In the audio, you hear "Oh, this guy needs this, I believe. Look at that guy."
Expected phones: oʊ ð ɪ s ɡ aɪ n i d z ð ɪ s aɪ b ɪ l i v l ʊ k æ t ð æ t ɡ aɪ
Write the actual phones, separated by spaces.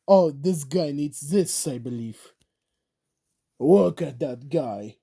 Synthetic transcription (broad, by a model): oʊ ð ɪ s ɡ aɪ n i d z ð ɪ s aɪ b ɪ l i v w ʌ k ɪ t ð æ t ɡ aɪ